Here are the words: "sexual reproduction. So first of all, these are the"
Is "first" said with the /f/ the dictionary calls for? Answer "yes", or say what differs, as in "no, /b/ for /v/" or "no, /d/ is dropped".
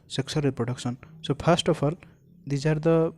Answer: no, /p/ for /f/